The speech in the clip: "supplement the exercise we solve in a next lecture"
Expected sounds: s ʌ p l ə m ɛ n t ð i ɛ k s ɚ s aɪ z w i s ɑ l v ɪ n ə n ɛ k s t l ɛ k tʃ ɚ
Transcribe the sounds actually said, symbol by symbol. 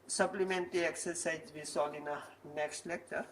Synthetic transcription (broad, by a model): s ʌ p l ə m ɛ n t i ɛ k s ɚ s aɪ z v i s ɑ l ɪ n ə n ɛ k s t l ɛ k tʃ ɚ